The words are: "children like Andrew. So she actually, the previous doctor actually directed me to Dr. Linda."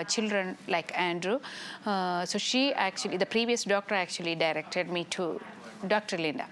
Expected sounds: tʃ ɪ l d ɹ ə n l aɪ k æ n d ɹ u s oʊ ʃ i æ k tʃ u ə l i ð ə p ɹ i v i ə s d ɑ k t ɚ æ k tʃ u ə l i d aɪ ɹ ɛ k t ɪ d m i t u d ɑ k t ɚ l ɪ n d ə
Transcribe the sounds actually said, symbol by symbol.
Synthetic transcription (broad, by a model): tʃ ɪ l d ɹ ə n l aɪ k æ n d ɹ u s oʊ ʃ i æ k tʃ u ə l i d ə p ɹ i v i ə s d ɑ k t ɚ æ k tʃ u ə l i d aɪ ɹ ɛ k t ɪ d m i t u d ɑ k t ɚ l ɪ n d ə